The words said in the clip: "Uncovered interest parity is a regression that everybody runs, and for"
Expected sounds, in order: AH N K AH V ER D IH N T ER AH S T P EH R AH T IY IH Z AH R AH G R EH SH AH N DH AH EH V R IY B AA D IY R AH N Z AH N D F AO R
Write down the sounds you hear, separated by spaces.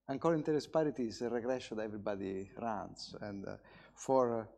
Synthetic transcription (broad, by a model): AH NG K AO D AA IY N T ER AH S P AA R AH T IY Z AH R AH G R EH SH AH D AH EH V R IY B AA D IY R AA N S AH N D F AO R